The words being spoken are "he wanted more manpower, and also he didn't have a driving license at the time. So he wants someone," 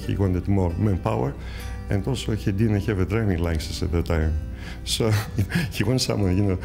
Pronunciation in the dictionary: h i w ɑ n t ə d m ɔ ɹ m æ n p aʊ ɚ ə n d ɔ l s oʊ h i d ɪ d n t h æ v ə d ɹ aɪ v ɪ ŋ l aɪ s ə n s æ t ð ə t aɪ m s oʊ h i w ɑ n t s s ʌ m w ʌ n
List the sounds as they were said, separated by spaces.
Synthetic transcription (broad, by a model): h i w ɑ n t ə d m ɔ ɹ m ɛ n p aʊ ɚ ə n d ɔ l s oʊ h i d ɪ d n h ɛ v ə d ɹ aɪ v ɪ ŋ l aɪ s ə s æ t ð ə t aɪ m s oʊ h i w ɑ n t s s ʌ m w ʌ n